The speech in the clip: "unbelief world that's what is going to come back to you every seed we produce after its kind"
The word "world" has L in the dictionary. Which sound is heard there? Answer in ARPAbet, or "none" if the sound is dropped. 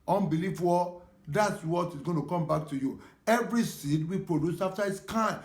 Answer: none